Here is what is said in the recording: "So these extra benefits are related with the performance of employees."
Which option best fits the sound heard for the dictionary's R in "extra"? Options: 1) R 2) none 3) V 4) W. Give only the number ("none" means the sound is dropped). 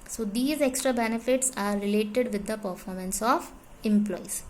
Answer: 1